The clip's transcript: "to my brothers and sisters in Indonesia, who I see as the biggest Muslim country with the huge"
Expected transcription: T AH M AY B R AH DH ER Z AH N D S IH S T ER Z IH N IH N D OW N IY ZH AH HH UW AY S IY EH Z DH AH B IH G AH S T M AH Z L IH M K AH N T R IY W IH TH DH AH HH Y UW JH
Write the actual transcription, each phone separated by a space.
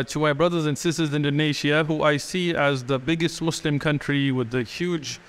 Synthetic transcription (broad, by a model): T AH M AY B R AH DH ER Z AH N S IH S T ER Z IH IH N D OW N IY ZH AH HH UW AY S IY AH Z DH AH B IH G AH S T M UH S L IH M K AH N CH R IY W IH DH AH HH Y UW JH